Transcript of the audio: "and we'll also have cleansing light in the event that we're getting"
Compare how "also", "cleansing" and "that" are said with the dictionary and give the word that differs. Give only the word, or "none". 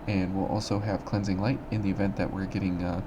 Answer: none